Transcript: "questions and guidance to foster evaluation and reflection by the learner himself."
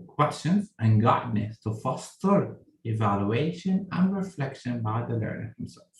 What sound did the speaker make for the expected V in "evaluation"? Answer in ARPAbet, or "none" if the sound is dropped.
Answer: V